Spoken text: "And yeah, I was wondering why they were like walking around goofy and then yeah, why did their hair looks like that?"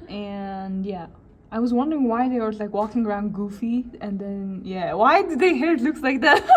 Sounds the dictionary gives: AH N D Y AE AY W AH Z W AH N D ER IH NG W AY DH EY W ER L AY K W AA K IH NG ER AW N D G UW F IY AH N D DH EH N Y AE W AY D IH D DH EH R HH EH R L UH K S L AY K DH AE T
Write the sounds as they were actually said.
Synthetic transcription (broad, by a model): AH N Y AE AY W AH Z W AH N D ER IH NG W AY DH EY W ER L AY K W AA K IH NG ER AW N D G UW F IY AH N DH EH N Y AE W AY D IH D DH EH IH HH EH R L UH K S L AY K DH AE T